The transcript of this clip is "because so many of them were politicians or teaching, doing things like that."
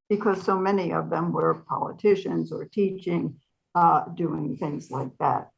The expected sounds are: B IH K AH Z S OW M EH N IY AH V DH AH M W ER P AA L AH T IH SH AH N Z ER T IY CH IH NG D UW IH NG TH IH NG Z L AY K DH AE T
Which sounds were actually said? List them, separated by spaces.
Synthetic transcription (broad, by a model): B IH K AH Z S OW M EH N IY AH V DH AH M W ER P AA L AH T IH SH AH N Z ER T IY CH IH NG D UW IH NG TH IH NG Z L AY K DH AE T